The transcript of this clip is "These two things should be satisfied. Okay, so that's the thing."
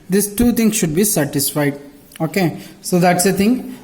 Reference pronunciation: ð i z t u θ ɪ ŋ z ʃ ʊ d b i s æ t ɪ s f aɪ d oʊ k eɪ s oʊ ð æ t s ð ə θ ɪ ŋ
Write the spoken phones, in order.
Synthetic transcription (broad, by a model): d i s t u t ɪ ŋ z ʃ ʊ d b i s æ t ɪ s f aɪ d oʊ k eɪ s oʊ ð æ t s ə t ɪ ŋ